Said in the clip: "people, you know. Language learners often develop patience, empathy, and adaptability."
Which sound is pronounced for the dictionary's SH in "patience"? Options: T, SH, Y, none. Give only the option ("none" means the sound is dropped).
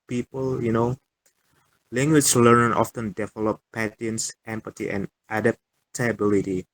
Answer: none